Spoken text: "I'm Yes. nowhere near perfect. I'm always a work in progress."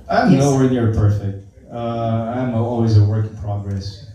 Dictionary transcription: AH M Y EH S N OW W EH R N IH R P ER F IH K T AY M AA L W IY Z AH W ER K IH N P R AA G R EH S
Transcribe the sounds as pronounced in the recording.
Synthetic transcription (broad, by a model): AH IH N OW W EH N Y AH R P ER F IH K T AY M AA L W IY Z AH W ER K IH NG P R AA G R EH S